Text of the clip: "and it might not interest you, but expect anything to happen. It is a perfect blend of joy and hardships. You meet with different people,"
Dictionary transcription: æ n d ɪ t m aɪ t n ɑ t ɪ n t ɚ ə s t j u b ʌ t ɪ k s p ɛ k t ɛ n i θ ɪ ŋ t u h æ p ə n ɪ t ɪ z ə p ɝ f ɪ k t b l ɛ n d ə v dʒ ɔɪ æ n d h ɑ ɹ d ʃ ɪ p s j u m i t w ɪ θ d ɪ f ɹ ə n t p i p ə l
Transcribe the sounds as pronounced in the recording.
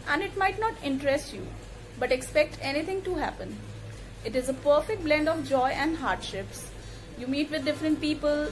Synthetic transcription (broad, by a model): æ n d ɪ t m aɪ t n ɑ t ɪ n t ɚ ə s t j u b ʌ t ɪ k s p ɛ k t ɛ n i t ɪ ŋ t u h æ p ə n ɪ t ɪ z ə p ɝ f ɪ k t b l ɛ n d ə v dʒ ɔɪ æ n d h ɑ ɹ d ʃ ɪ p s j u m i t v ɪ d d ɪ f ɹ ə n t p i p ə l